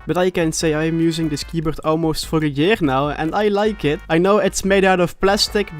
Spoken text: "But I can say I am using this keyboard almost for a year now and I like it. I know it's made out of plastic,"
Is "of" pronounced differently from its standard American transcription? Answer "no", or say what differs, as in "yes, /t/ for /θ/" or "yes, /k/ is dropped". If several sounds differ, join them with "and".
yes, /f/ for /v/